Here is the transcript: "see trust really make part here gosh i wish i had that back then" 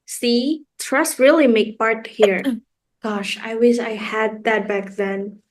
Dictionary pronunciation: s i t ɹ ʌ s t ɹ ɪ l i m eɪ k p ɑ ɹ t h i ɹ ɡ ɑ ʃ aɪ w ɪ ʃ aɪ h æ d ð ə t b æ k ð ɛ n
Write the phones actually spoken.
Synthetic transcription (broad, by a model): s i t ɹ ʌ s t ɹ ɪ l i m eɪ k p ɑ ɹ t h i ɹ ɡ ɑ ʃ aɪ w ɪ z aɪ h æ d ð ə t b æ k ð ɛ n